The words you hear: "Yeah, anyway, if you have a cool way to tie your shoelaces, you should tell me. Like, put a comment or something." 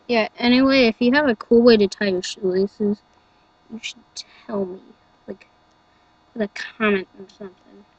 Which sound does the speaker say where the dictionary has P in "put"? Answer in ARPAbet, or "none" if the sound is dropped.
F